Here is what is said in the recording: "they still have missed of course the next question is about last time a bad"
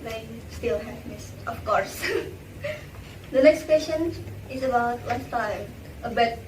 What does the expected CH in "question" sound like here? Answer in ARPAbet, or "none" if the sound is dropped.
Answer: SH